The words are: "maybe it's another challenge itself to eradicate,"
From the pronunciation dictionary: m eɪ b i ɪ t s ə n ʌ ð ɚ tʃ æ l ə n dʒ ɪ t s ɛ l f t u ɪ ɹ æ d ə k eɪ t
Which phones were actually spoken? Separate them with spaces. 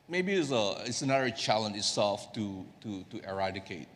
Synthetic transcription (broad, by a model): m eɪ b i ɪ t s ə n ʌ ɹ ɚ tʃ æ l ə n ɪ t s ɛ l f t u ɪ ɹ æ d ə k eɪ t